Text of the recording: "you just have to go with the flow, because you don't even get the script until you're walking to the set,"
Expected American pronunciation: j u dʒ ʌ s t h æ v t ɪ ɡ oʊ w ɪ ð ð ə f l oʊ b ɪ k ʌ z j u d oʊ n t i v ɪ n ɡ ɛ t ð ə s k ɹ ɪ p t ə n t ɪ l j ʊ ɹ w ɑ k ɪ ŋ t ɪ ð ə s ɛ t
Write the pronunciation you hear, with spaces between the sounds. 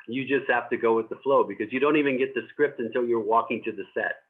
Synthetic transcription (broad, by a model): j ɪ dʒ ʌ s t h æ f t ɪ ɡ oʊ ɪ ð ð ə f l oʊ b ɪ k ʌ z j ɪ d oʊ n t i v ɪ n ɡ ɛ t ð ə s k ɹ ɪ p t ə n t ɪ l j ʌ ɹ w ɑ k ɪ ŋ t ɪ ð ə s ɛ t